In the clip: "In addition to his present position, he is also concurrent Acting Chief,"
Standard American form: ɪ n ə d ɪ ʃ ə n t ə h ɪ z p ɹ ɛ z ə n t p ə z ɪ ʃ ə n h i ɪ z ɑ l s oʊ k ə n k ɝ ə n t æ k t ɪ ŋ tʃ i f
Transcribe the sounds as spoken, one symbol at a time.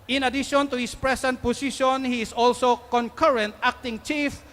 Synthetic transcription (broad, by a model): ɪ n ə d ɪ ʃ ə n t ə h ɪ s p ɹ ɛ s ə n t p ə s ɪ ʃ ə n h i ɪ s ɑ l s oʊ k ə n k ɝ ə n t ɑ k t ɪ ŋ tʃ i f